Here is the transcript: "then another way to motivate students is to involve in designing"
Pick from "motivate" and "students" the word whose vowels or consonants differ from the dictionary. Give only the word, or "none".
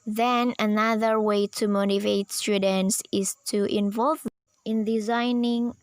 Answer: none